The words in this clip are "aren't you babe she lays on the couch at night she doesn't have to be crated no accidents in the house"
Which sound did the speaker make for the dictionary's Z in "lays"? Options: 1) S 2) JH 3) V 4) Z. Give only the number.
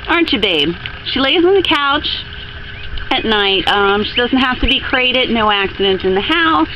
4